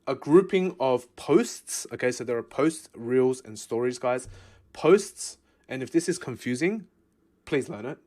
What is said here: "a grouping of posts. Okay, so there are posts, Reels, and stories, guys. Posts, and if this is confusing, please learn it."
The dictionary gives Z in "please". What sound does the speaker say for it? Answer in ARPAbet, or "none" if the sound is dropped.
Z